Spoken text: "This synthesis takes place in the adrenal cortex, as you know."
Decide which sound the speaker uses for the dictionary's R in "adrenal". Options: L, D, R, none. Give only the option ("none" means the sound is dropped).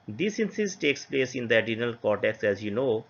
none